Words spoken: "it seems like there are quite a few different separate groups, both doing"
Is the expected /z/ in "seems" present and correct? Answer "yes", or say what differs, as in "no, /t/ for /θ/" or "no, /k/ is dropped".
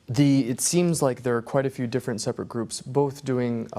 yes